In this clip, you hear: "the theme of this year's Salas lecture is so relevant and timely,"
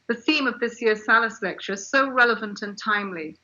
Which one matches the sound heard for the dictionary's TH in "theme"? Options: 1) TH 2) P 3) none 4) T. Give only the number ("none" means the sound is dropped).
1